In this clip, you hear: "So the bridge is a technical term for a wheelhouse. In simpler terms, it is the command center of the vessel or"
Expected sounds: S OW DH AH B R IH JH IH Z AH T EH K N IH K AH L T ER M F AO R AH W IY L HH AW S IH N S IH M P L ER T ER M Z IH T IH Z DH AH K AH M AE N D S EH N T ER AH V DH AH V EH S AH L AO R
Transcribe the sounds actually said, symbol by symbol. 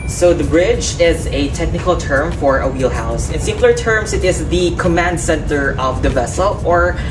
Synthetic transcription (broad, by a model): S OW DH AH B R IH JH IH Z AH T EH K N IH K AH L T ER M F AO R AH W IY L HH AW S IH N S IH M L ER T ER M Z IH T IH Z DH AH K AH M AE N D S EH N T ER AH V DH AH V EH S AH L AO R